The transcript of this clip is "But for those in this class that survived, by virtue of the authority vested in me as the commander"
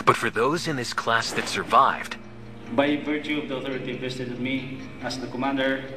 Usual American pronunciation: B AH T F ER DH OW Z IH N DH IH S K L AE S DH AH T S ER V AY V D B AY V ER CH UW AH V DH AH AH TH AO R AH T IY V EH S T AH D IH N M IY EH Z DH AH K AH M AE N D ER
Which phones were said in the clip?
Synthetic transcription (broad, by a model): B AH T F ER DH OW Z IH N DH IH S K L AE S DH AH T S ER V AY V D B AY V ER CH UW AH V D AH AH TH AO R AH T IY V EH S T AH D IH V M IY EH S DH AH K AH M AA N D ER